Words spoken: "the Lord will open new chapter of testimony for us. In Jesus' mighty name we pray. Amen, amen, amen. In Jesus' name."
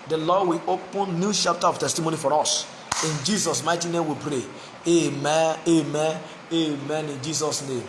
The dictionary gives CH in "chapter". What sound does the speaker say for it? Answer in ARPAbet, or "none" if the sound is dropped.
SH